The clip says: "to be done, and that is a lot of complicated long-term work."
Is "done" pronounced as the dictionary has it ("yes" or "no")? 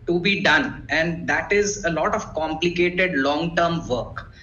yes